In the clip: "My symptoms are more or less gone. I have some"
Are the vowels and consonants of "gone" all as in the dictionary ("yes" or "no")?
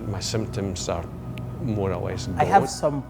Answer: no